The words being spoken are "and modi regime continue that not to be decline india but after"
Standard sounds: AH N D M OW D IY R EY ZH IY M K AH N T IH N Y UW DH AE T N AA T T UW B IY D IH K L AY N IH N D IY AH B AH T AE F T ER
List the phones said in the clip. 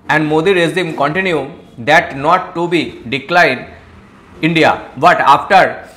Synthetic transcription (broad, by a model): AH N D M OW D IY R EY Z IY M K AH N T IH N Y UW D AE T N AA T T UW B IY D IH K L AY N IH N D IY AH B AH T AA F T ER